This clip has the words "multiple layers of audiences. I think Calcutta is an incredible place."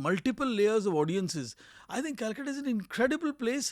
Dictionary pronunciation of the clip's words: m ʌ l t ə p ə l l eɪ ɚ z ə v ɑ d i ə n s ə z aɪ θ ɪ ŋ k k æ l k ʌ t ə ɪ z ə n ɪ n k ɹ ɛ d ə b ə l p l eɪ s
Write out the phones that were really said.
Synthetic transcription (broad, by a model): m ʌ l t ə p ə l l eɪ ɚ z ə v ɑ d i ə n s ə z aɪ t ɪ ŋ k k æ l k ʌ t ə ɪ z ə n ɪ n k ɹ ɛ d ə b ə l p l eɪ s